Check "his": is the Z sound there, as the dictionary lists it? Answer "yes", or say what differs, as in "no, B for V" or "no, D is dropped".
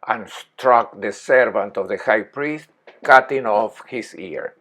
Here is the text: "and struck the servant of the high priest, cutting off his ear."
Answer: no, S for Z